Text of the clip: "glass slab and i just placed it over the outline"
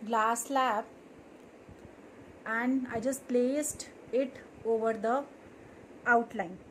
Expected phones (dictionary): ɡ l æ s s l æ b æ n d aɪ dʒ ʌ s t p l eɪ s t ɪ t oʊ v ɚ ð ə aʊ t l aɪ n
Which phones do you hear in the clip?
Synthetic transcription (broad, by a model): ɡ l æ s s l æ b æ n d aɪ dʒ ʌ s t p l eɪ s t ɪ t oʊ v ɚ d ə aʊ t l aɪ n